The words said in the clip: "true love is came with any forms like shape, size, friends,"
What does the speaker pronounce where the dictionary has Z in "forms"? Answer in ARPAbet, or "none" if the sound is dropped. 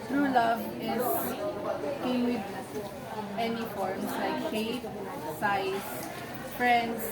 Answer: S